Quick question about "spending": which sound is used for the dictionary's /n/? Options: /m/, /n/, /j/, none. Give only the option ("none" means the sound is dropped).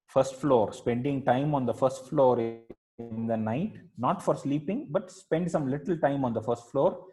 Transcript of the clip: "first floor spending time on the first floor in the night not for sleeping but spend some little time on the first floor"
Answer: /n/